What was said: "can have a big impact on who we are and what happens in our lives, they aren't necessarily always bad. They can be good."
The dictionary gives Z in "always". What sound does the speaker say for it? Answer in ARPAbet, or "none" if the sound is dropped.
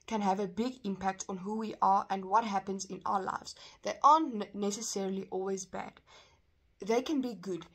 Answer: Z